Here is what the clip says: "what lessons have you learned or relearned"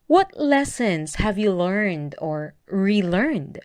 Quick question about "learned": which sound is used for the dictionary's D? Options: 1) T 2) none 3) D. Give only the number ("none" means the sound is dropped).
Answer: 3